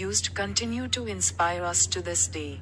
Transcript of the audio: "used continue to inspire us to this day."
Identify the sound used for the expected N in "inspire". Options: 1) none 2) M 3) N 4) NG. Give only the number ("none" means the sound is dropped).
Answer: 3